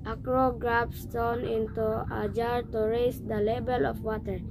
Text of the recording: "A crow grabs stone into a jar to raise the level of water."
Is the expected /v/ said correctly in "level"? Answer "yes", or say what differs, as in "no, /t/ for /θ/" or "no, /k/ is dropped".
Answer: no, /b/ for /v/